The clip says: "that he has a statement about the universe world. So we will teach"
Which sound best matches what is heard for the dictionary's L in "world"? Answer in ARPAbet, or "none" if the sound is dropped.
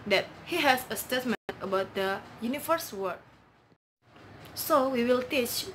none